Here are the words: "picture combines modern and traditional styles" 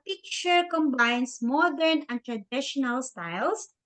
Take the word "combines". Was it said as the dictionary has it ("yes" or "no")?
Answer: no